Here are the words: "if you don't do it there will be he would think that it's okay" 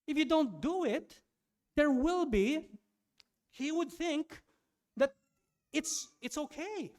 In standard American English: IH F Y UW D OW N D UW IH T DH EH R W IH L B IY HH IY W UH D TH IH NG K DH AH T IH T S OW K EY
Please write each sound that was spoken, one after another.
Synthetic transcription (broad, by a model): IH F Y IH D OW N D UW IH T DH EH R W IH L B IY HH IY W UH D TH IH NG K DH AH T IH T S OW K EY